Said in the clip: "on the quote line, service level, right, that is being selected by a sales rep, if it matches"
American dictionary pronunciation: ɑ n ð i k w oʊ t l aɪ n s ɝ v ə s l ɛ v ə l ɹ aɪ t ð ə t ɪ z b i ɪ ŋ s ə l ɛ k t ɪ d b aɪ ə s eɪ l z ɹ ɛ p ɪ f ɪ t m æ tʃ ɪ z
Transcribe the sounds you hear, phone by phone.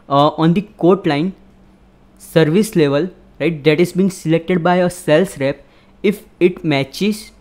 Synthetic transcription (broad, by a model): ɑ n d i k oʊ t l aɪ n s ɝ v ə s l ɛ v ə l ɹ aɪ t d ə t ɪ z b i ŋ s ə l ɛ k t ɪ d b aɪ ə s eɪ l s ɹ ɛ p ɪ f ɪ t m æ tʃ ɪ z